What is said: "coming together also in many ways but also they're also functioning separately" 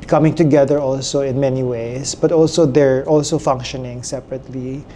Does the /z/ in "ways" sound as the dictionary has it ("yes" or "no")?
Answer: no